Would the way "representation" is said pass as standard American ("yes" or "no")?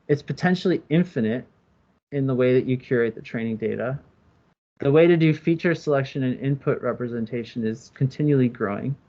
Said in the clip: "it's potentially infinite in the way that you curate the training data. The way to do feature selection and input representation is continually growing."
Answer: yes